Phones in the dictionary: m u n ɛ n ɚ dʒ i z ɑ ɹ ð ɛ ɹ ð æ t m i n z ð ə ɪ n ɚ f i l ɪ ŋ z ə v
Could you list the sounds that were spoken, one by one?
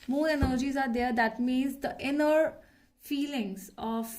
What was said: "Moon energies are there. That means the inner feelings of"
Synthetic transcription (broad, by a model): m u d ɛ n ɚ dʒ i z ɑ ɹ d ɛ ɹ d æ t m i n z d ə ɪ n ɚ f i l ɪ ŋ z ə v